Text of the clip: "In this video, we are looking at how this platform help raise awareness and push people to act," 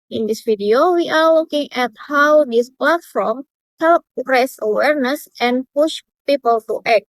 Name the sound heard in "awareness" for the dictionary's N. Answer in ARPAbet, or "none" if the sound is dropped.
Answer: N